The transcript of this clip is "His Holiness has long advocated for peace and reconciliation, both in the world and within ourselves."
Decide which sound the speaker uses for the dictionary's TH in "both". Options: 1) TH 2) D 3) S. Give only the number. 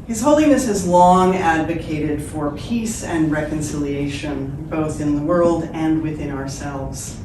1